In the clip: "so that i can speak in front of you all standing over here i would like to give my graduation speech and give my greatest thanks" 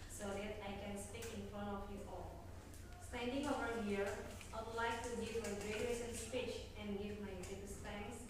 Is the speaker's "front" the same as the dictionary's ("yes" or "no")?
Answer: yes